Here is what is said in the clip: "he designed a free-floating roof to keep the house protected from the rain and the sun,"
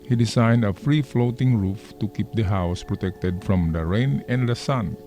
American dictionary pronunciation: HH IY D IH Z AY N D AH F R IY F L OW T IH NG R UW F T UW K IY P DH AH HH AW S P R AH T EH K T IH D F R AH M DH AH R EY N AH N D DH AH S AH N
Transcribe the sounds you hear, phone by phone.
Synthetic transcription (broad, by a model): HH IY D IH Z AY N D AH F R IY F L OW T IH NG R UW F T UW K IY P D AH HH AW S P R AH T EH K T IH D F R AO M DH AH R EY N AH N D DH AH S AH N